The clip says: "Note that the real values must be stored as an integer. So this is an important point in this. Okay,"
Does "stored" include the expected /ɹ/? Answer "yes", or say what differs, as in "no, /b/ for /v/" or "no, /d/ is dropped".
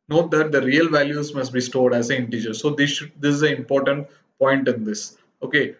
yes